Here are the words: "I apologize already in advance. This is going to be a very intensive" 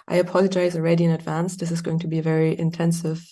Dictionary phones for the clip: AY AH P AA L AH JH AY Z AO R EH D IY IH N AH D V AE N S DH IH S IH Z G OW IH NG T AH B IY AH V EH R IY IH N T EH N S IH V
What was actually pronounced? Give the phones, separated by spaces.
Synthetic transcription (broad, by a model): AY AH P AA L AH JH AY Z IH R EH D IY IH N AH D V AE N S DH IH S IH Z G OW IH NG T AH B IY AH V EH R IY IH N T EH N S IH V